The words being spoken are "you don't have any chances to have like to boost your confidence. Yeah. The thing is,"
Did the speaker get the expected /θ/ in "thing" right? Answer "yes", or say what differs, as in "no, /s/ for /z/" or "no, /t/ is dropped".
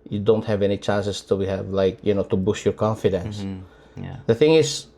yes